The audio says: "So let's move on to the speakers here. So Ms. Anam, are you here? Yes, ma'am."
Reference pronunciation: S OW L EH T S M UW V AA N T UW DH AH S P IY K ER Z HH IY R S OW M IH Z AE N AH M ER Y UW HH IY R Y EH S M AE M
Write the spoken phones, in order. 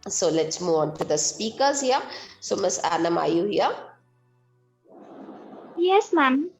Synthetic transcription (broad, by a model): S OW L EH T S M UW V AA N T UW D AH S P IY K ER Z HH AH S OW M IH S AE N AH M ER Y UW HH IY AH Y EH S M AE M